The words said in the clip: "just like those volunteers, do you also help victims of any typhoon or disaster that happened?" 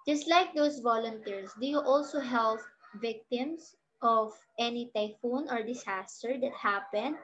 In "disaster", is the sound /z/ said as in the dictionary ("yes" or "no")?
no